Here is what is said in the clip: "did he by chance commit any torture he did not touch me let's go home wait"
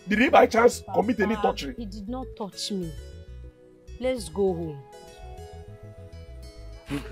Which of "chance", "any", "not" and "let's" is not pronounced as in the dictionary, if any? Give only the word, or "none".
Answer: chance